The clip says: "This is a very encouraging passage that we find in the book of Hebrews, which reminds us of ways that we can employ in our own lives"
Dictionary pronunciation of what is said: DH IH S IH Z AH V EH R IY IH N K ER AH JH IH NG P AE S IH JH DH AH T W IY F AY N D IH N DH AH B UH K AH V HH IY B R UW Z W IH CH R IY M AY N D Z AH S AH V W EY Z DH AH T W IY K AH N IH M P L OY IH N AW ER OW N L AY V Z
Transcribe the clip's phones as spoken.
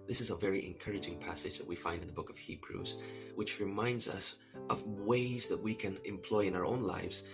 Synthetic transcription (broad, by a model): DH IH S IH Z AH V EH R IY IH N K ER AH JH IH NG P AE S IH JH DH AH T W IY F AY N D IH N DH AH B UH K AH V HH IY B R UW Z W IH CH R IY M AY N D Z AH S AH V W EY Z DH AH T W IY K AH N IH M P L OY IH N AW ER OW N L AY V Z